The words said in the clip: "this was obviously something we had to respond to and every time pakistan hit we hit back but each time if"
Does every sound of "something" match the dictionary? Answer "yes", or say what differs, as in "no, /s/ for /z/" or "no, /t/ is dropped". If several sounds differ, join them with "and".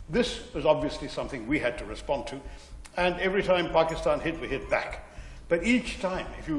yes